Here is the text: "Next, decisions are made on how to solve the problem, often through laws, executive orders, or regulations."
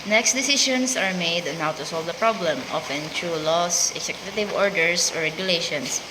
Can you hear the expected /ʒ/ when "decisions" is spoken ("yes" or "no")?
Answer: no